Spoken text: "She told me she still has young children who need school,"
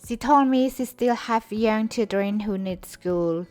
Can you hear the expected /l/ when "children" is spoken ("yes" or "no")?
no